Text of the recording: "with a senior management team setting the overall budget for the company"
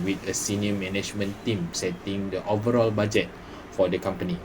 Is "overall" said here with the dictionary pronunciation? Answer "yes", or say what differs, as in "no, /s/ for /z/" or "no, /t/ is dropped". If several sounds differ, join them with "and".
yes